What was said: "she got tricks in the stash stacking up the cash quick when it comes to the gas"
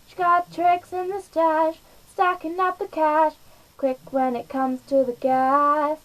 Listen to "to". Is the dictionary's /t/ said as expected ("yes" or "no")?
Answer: yes